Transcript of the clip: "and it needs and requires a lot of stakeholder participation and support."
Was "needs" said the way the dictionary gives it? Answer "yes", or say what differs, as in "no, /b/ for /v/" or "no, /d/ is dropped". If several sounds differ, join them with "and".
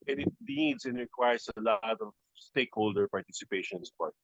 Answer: no, /l/ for /n/